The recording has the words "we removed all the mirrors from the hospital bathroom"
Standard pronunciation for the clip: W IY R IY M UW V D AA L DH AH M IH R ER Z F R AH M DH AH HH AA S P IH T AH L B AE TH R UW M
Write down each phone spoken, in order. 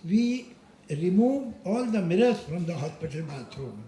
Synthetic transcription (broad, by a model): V IY R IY M UW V AA L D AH M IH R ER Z F R AH M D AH HH AA S P IH T AH L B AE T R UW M